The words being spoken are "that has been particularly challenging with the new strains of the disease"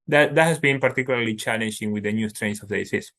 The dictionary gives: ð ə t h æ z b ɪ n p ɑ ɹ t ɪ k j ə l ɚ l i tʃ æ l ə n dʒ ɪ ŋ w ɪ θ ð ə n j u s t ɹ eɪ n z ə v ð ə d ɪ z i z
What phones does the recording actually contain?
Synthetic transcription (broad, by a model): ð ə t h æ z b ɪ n p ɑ ɹ t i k j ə l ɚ l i tʃ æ l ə n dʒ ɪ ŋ w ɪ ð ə n j u s t ɹ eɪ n s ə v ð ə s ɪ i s